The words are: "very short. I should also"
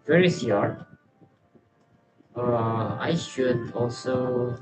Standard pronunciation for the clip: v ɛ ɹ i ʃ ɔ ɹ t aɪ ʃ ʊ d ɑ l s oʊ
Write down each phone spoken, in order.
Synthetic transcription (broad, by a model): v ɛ ɹ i s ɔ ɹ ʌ aɪ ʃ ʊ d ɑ l s oʊ